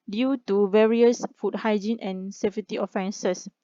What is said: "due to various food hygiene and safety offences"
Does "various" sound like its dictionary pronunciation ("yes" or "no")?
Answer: yes